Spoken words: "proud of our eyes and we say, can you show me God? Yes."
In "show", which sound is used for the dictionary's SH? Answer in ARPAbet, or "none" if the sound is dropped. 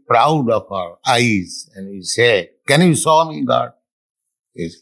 S